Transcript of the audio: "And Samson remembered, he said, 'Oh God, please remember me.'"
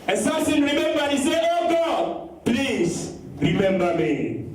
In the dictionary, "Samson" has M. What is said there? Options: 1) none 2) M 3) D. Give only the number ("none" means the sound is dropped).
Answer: 1